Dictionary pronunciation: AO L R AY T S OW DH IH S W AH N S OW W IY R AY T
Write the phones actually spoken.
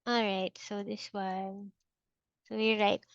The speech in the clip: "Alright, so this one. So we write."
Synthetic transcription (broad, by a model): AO L R AY T S OW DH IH S W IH L S OW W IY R AY T